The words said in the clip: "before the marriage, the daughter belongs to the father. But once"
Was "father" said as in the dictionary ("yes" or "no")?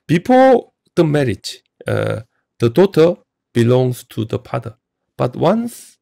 no